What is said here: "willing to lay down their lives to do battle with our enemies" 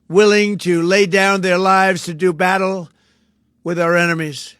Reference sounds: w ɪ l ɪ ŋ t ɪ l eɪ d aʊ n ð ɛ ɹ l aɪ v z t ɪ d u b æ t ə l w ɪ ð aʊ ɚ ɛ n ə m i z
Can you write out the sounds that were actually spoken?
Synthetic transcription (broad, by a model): w ɪ l ɪ ŋ t ɪ l eɪ d aʊ n ð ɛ ɹ l aɪ v z t ɪ d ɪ b æ t l w ɪ ð aʊ ɚ ɛ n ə m i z